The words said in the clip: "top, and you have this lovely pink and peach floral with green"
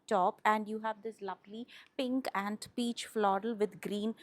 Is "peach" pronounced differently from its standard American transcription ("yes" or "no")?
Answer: no